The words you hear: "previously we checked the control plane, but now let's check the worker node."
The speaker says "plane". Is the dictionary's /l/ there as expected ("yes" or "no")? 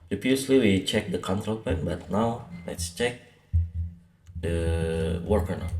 no